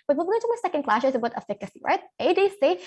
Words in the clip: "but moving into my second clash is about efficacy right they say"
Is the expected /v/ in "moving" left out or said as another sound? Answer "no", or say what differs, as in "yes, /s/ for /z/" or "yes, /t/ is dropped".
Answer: yes, /v/ is dropped